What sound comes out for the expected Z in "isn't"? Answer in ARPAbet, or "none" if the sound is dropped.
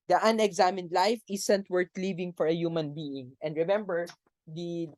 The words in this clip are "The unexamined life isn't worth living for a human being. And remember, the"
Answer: S